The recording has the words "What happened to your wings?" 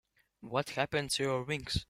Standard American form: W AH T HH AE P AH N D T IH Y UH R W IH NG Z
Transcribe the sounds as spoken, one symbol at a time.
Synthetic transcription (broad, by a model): W AH T HH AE P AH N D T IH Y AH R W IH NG S